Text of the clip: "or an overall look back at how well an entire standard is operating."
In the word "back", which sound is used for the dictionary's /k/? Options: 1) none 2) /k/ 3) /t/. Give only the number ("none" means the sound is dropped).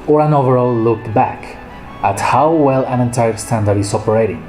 2